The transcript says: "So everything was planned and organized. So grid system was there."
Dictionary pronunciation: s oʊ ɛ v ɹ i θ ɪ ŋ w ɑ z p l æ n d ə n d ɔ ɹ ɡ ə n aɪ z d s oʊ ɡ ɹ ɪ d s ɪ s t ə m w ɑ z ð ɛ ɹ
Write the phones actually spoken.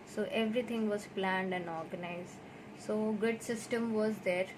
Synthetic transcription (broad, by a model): s oʊ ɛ v ɹ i t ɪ ŋ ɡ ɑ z p l æ n d ə n d ɔ ɹ ɡ ə n aɪ z d s oʊ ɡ ɪ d s ɪ s t ə m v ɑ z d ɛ ɹ